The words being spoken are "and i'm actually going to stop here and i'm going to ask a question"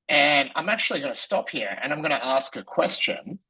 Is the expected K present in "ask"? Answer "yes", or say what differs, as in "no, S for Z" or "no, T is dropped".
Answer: yes